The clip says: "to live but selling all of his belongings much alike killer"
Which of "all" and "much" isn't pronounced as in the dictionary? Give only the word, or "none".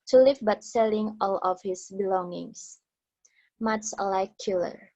much